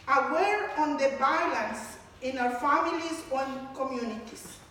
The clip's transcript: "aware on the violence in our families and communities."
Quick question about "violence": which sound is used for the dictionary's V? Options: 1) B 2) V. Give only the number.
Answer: 1